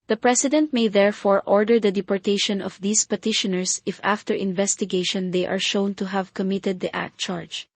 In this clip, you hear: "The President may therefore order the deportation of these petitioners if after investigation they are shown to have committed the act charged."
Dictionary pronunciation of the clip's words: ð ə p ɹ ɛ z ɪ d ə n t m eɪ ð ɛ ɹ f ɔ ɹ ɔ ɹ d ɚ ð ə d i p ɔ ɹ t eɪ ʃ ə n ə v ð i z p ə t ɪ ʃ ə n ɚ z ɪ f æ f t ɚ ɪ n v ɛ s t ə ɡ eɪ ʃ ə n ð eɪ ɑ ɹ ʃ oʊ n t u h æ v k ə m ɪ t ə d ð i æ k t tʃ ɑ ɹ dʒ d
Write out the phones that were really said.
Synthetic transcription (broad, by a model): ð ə p ɹ ɛ s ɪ d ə n t m eɪ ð ɛ ɹ f ɔ ɹ ɔ ɹ d ɚ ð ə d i p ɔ ɹ t eɪ ʃ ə n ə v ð i s p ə t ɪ ʃ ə n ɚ s ɪ f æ f t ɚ ɪ n v ɛ s t ə ɡ eɪ ʃ ə n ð eɪ ɑ ɹ ʃ oʊ n t u h æ v k ə m ɪ t ə d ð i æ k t tʃ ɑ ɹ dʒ